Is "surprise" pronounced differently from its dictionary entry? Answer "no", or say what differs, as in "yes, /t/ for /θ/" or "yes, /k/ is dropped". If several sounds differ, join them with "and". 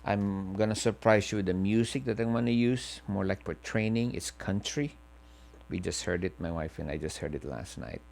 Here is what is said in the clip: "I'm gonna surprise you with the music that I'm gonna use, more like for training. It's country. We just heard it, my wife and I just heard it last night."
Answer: yes, /s/ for /z/